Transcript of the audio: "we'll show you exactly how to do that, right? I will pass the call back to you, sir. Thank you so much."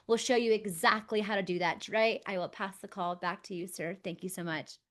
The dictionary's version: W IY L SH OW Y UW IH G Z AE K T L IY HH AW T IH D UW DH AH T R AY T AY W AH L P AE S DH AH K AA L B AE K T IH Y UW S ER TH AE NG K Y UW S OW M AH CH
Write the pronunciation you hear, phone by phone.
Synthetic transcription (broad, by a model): W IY L SH OW Y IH IH G Z AE K T L IY HH AW T IH D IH DH AH T R AY T AY W AH L P AE S DH AH K AA L B AE K T IH Y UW S ER TH AE NG K Y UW S OW M AH CH